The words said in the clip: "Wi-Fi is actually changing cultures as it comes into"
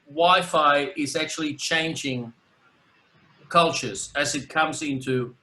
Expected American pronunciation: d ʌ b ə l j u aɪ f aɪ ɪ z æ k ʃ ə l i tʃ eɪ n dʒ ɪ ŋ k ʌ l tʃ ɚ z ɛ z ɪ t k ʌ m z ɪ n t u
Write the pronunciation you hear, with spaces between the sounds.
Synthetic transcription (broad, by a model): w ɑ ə f aɪ ɪ z æ k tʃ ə l i tʃ eɪ n dʒ ɪ ŋ k ʌ l tʃ ɚ z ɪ z ɪ t k ʌ m z ɪ n t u